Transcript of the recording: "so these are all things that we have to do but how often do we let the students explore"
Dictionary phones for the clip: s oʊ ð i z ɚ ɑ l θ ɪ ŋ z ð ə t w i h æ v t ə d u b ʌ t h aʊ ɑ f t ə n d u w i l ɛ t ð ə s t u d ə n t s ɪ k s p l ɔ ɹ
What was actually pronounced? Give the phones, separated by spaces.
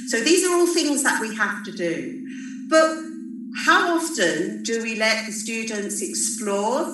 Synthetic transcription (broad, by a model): s oʊ ð i z ɚ ɑ l θ ɪ ŋ z ð ə t w i h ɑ f t ə d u b ʌ t h aʊ ɑ f t ə n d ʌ w i l ɛ t ð ə s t u d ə n t s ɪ k s p l ɔ